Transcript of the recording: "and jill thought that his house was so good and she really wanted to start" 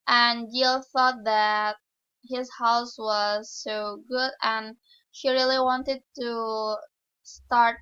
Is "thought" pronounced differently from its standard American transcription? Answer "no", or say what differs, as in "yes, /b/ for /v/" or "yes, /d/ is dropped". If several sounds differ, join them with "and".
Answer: no